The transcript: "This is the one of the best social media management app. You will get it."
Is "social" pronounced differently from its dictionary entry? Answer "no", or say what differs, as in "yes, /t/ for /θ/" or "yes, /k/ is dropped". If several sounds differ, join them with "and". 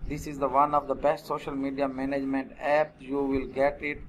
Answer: no